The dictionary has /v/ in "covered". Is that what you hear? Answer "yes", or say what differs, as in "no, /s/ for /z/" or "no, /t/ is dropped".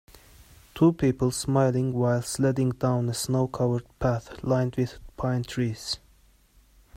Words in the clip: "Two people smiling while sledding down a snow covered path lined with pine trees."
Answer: no, /w/ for /v/